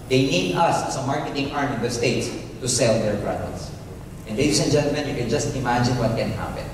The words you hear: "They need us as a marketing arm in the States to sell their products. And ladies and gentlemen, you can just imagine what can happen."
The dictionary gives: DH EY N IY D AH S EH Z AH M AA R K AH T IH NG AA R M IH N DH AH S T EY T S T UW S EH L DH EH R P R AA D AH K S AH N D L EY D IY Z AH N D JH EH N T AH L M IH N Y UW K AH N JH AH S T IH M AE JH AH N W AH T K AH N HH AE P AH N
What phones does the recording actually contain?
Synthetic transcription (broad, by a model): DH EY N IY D AH S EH S AH M AA R K AH T IH NG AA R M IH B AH S T EY T S T UW S EH L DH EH R B R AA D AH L S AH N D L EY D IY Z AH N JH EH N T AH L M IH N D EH K AH N JH AH S T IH M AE JH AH N W AH T K AH N HH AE P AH N